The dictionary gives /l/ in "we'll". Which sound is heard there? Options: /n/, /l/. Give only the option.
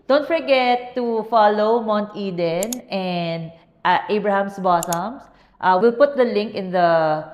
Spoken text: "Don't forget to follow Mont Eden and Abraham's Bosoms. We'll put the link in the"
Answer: /l/